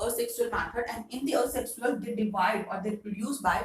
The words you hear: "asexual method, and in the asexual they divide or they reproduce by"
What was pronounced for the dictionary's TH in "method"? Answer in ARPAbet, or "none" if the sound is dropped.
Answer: F